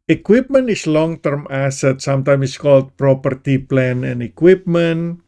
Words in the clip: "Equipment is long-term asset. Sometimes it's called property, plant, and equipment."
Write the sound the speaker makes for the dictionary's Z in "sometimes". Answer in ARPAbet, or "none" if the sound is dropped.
none